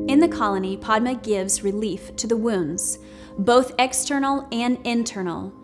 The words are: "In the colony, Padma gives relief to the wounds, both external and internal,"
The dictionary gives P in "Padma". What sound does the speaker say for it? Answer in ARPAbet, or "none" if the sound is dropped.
P